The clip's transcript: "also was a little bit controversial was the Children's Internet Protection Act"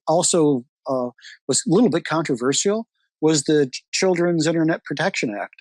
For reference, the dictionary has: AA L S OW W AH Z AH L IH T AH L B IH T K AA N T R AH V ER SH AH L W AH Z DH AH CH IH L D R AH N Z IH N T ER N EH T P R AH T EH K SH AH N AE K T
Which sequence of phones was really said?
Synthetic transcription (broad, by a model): AA L S OW W AH Z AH L IH T L B IH T K AA N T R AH V ER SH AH L W AH Z DH AH CH IH L D R AH N Z IH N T ER N EH T P R AH T EH K SH AH N AE K T